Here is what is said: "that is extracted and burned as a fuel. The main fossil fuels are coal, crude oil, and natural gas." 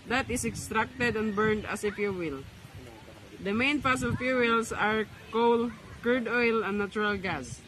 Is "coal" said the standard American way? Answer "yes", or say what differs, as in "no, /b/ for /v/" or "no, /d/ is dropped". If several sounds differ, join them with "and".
yes